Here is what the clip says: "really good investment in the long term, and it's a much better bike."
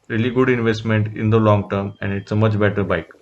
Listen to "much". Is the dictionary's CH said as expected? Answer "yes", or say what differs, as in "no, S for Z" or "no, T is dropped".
yes